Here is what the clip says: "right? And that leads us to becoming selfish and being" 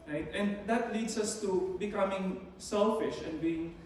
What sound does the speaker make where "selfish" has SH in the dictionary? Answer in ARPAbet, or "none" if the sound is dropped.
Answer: SH